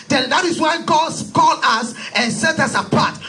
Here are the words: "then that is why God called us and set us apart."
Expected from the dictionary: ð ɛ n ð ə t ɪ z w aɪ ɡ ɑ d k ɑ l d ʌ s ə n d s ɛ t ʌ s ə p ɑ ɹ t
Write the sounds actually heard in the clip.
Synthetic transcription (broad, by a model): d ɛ n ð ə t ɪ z w aɪ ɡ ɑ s k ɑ l ʌ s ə n s ɛ t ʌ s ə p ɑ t